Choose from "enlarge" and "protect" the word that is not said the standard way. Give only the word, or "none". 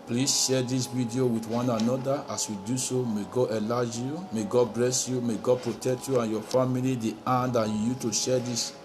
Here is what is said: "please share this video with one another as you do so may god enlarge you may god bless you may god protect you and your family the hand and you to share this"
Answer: enlarge